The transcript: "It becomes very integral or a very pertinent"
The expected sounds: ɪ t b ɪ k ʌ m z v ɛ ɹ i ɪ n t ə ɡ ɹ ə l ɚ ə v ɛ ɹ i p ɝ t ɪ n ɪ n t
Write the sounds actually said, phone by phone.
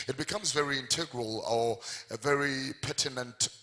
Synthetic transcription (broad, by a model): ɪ t b ɪ k ʌ m z v ɛ ɹ i ɪ n t ə ɡ ɹ ə l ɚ ə v ɛ ɹ i p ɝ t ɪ n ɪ n t